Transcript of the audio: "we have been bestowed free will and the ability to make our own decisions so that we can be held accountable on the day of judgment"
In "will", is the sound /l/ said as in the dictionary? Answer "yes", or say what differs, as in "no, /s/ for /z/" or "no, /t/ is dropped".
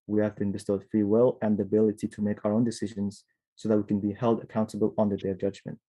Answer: yes